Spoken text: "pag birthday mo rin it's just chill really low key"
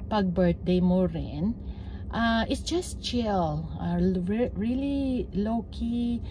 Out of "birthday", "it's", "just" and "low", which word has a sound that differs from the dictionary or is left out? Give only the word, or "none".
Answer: birthday